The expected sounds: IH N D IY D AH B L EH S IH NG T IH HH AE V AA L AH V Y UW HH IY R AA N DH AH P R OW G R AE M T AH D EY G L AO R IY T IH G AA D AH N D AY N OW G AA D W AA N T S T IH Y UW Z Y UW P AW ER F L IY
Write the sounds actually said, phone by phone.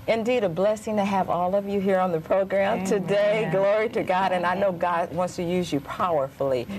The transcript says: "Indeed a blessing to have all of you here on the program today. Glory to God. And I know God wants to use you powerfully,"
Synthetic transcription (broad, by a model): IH N D IY D AH B L EH S IH NG T IH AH V AA L AH V Y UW HH IY R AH N DH AH P R OW G R AE M T AH D EY G L AO R IY T IH G AA D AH N AY N OW G AA D W AA N T S T IH Y UW Z Y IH P AW ER F L IY